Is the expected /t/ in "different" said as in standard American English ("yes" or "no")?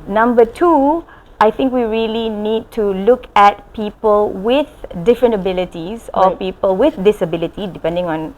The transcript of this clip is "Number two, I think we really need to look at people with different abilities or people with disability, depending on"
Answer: yes